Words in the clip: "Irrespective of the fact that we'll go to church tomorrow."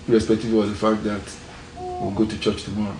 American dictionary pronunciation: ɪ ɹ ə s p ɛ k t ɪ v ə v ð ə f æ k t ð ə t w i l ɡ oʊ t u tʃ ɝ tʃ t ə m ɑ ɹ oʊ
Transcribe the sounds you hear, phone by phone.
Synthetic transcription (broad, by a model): ɹ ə s p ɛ k t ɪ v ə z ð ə f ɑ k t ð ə t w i w ɡ oʊ t u tʃ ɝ tʃ t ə m ɑ ɹ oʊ